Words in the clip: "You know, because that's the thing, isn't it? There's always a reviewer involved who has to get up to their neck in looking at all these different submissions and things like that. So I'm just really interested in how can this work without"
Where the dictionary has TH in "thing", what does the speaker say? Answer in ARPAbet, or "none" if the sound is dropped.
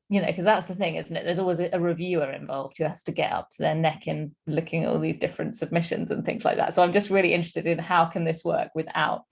TH